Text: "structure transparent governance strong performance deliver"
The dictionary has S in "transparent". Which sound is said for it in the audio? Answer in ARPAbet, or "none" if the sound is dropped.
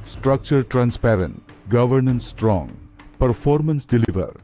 S